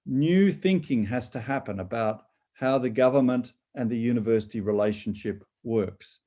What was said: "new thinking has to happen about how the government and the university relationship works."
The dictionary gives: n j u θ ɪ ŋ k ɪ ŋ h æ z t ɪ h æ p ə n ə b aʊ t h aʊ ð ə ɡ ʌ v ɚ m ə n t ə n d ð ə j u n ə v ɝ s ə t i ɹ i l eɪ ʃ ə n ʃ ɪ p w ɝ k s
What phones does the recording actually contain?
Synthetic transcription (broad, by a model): n j u θ ɪ ŋ k ɪ ŋ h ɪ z t ɪ h æ p ə n ə b aʊ t h aʊ ð ə ɡ ʌ v ɚ m ə n t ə n ð ə j u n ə v ɝ s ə t i ɹ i l eɪ ʃ n ʃ ɪ p w ɝ k s